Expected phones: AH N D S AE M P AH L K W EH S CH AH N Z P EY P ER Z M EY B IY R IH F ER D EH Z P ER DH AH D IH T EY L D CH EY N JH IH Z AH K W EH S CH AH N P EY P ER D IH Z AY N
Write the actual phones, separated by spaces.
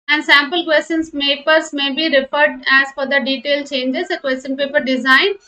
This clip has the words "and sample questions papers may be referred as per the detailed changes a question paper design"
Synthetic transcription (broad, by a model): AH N D S AE M P AH L K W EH S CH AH N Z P EY P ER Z M EY B IY R IH F ER D EH Z F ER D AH D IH T EY L CH EY N JH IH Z AH K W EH S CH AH N P EY P ER D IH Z AY N